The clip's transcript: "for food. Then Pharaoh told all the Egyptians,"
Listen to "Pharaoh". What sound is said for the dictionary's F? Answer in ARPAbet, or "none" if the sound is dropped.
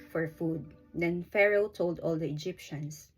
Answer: F